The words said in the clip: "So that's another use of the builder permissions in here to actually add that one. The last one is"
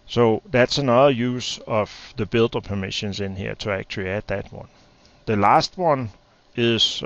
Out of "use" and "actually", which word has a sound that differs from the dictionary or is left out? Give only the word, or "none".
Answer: actually